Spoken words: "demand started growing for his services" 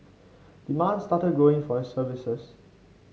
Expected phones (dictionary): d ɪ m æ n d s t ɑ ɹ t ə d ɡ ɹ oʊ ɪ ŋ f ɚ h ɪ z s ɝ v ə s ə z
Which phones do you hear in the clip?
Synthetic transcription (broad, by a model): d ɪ m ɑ n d s t ɑ t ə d ɡ oʊ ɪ ŋ f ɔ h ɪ s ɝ v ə s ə s